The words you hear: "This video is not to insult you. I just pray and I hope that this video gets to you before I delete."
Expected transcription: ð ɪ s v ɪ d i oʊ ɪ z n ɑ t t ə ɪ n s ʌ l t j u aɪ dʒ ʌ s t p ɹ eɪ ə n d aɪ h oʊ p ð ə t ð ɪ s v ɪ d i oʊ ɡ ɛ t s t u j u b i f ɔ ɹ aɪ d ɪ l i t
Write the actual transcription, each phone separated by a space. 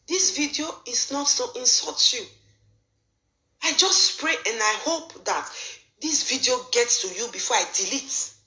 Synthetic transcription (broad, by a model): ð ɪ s v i d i oʊ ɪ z n ɑ t s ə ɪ n s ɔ t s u aɪ dʒ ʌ s t p ɹ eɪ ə n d aɪ h oʊ p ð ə t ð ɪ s v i d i oʊ ɡ ɛ t s t u j u b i f ɔ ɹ aɪ d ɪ l i t